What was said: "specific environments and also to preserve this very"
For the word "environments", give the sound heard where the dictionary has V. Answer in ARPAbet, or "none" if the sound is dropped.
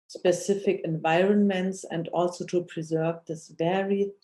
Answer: V